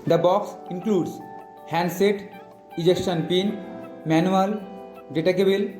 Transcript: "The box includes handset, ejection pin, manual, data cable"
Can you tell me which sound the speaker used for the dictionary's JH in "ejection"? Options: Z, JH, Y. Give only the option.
JH